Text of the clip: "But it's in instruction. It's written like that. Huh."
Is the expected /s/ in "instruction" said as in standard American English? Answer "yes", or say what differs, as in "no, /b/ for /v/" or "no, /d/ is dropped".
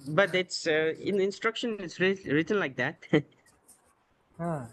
yes